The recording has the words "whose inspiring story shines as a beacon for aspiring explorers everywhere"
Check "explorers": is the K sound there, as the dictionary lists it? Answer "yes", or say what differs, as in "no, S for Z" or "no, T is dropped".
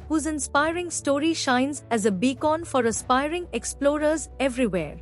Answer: yes